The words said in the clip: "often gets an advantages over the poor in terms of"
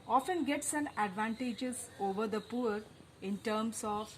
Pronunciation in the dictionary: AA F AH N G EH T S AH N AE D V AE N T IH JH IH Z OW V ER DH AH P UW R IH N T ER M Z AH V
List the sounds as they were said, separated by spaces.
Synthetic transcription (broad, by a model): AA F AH N G EH T S AH N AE D V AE N T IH JH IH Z OW V ER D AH P UW R IH N T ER M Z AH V